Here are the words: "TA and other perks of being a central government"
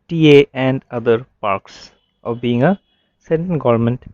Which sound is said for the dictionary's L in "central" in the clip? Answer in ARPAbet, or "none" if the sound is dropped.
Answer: N